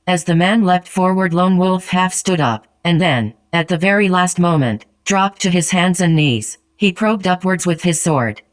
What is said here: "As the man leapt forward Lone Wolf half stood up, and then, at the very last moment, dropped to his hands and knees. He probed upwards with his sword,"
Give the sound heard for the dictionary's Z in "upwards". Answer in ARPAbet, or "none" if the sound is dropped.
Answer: Z